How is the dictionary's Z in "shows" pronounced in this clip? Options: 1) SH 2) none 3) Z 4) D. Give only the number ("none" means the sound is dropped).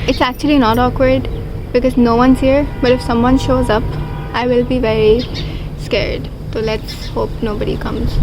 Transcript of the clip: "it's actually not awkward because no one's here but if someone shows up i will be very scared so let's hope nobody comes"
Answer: 3